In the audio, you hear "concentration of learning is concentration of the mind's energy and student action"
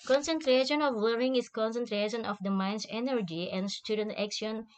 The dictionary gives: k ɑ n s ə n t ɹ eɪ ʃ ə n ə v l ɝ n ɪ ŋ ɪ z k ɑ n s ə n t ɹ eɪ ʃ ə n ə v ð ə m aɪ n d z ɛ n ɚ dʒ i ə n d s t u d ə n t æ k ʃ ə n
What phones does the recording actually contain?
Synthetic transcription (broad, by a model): k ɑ n s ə n t ɹ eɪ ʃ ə n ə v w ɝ ɪ ŋ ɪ s k ɑ n s ə n t ɹ eɪ ʃ ə n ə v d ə m aɪ n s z ɛ n ɚ dʒ i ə n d s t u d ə n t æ k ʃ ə n